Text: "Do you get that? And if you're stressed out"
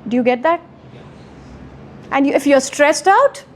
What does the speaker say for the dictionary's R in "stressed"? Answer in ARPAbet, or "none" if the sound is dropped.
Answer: R